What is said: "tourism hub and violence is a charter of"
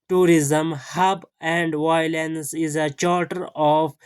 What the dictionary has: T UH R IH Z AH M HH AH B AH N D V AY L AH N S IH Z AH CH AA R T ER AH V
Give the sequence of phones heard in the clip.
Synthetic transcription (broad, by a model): T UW R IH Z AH M HH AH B AH N D V AY L AH N S IH Z AH CH AA R T ER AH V